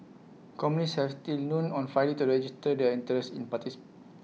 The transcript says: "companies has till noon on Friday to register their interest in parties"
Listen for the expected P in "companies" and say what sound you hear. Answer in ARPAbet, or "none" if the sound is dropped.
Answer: none